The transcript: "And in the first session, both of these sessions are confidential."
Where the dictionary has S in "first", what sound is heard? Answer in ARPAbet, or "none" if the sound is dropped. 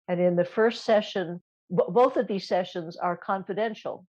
S